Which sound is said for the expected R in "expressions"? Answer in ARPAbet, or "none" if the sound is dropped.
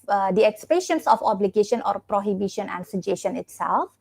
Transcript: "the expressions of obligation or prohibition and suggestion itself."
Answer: none